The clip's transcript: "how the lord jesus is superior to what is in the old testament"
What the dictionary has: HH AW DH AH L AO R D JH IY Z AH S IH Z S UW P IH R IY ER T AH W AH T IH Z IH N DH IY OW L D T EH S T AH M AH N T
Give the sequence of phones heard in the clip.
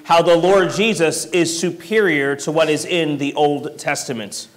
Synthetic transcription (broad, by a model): HH AW DH AH L AO R D JH IY Z AH S IH Z S UW P IH R IY ER T AH W AH T IH Z IH N DH IY OW L D T EH S T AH M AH N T